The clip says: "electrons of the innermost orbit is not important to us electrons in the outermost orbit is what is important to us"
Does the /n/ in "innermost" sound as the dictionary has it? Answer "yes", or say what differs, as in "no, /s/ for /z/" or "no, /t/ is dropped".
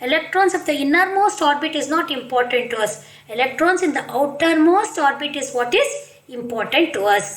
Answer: yes